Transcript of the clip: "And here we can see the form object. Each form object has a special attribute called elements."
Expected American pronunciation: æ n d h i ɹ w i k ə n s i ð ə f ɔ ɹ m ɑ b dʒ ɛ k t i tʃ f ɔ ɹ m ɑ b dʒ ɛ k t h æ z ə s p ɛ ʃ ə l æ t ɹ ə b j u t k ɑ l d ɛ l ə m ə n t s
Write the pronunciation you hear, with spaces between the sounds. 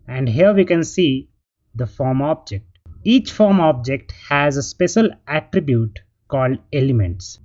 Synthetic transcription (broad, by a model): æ n d h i ɹ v i k ə n s i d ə f ɔ ɹ m ɑ b dʒ ɛ k t i tʃ f ɔ ɹ m ɑ b dʒ ɛ k t h æ z ə s p ɛ ʃ ə l æ t ɹ ə b j u t k ɑ l d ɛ l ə m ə n t s